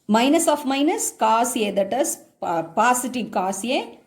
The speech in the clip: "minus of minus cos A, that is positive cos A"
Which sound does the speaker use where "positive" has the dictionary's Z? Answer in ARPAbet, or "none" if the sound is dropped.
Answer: S